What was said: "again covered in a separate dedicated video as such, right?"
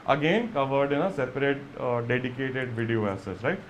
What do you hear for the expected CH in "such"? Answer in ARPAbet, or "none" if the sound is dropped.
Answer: S